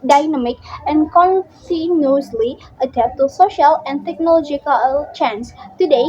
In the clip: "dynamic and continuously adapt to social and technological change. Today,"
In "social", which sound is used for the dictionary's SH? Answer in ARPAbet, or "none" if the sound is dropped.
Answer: SH